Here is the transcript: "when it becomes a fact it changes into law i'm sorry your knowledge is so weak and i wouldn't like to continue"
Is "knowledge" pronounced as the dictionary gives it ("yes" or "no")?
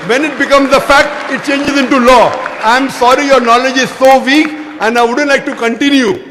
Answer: yes